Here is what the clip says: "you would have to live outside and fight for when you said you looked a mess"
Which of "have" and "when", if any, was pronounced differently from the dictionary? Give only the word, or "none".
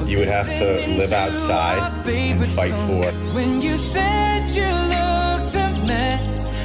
have